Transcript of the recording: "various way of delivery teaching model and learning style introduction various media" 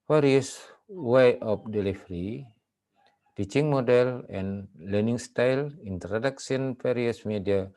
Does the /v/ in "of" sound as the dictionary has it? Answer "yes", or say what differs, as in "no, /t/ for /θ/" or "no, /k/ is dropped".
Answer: no, /p/ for /v/